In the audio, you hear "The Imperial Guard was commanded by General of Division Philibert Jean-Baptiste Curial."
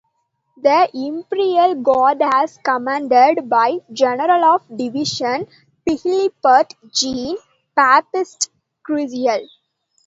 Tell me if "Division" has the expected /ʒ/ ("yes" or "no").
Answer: no